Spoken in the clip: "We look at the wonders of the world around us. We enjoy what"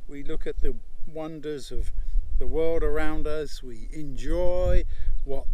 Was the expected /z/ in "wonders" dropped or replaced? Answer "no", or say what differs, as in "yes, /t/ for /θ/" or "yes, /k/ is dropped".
no